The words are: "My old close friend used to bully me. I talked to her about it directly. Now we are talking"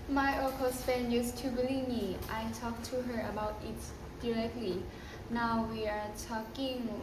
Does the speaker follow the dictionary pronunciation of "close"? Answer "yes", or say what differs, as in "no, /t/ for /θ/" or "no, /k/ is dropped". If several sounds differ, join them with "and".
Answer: no, /l/ is dropped